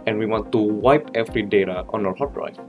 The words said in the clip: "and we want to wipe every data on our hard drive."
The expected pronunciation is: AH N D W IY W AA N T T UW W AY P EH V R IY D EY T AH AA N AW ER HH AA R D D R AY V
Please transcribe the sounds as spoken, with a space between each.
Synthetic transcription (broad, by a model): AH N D W IY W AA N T T UW W AY P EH F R IY D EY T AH AA N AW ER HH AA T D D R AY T